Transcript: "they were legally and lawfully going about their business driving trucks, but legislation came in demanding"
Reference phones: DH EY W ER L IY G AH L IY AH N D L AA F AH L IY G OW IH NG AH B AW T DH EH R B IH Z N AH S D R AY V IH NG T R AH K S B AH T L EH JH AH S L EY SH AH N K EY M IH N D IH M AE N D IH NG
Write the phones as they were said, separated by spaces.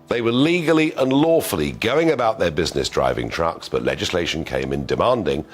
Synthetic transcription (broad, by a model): DH EY W ER L IY G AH L IY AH N L AA F AH L IY G OW IH NG AH B AW T DH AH R B IH Z N AH S D R AY V IH NG T R AH K S B AH T L EH JH AH S L EY SH AH N K EY M IH N D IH M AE N D IH NG